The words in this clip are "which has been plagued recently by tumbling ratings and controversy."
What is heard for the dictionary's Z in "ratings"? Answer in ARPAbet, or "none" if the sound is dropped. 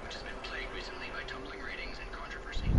Z